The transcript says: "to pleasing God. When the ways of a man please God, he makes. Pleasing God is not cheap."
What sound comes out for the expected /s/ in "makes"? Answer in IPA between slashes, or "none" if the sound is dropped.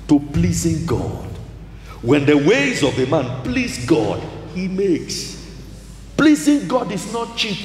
/s/